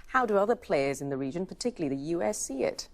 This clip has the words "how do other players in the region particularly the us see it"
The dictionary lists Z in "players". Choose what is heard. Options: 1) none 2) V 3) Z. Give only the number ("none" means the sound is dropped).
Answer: 3